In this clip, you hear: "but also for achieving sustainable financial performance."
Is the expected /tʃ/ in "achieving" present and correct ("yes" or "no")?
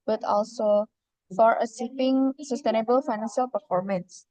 no